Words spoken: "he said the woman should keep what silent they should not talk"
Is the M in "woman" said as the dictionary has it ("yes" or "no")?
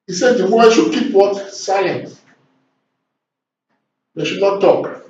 no